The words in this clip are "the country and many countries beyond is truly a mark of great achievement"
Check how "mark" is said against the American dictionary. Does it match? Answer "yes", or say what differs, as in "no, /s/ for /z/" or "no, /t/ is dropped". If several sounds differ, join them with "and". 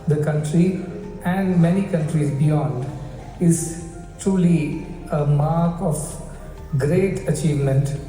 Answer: yes